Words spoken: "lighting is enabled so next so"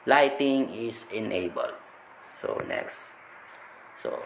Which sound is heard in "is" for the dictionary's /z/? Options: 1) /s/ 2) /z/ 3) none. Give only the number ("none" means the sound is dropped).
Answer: 1